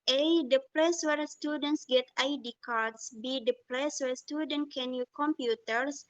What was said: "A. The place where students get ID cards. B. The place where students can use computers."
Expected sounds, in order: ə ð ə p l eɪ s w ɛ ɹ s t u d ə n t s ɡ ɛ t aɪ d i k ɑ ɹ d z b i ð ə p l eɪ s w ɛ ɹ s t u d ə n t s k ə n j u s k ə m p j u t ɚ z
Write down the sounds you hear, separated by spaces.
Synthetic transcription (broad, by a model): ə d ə p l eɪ s w ɛ ɹ s t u d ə n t s ɡ ɛ t aɪ d i k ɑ ɹ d s b i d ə p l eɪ s w ɛ ɹ s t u d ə n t k ə n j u k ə m p j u t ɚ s